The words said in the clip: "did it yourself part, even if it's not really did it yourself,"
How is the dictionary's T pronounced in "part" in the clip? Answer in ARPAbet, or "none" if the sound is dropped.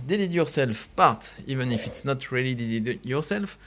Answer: T